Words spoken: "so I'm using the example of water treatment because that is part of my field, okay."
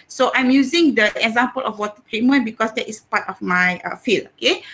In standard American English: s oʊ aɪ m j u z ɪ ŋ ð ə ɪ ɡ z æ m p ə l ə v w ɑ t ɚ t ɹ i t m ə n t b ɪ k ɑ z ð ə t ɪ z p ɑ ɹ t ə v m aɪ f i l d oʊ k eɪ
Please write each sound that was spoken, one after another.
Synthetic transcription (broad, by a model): s oʊ aɪ m j u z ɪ ŋ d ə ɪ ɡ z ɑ m p ə l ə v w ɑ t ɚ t ɹ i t m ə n b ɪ k ɑ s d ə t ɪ s p ɑ t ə f m aɪ f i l oʊ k eɪ